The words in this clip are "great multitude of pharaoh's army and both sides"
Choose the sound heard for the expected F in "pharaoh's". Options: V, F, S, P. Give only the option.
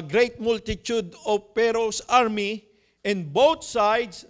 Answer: P